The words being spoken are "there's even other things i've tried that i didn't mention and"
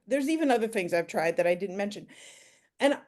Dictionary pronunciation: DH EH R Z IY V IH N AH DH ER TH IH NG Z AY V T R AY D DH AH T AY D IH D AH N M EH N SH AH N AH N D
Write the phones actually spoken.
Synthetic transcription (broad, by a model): DH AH R Z IY V IH N AH DH ER TH IH NG Z AY V T R AY D DH AH T AY D IH D N M EH N SH AH N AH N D